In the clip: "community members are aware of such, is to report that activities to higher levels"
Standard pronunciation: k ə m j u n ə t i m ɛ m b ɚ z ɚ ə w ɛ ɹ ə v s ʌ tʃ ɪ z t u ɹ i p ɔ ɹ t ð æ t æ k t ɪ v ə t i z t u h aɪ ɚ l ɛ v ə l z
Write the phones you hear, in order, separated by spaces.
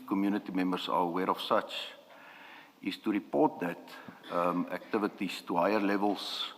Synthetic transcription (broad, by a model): k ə m j u n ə t i m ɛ m b ɚ s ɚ ə w ɛ ɹ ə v s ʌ tʃ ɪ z t u ɹ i p ɔ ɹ t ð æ t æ k t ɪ v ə t i s t u h aɪ ɚ l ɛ v ə l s